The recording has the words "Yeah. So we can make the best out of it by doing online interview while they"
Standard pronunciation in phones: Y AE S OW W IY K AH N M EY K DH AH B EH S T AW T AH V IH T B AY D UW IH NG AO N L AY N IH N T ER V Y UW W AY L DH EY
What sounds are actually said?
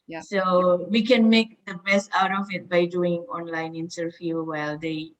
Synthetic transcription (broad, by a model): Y S OW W IY K AH N M EY K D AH B EH S T AW T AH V IH T B AY D UW IH NG AO N L AY N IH N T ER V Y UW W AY L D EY